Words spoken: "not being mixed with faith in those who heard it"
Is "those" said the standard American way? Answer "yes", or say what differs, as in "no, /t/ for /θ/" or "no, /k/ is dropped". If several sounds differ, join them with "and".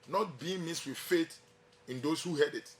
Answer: no, /s/ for /z/